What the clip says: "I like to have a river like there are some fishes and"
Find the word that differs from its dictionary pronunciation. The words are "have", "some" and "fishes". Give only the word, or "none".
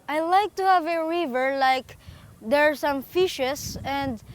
fishes